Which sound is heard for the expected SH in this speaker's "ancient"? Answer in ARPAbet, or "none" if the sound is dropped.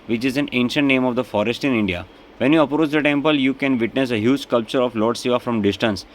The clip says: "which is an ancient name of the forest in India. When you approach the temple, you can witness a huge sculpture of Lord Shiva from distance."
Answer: SH